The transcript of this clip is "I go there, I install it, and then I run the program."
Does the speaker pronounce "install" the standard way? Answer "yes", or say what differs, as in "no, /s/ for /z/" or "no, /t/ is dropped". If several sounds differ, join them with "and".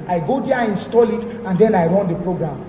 yes